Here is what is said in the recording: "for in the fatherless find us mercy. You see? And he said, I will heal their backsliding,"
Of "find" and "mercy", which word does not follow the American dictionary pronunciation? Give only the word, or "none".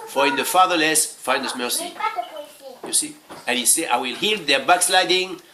find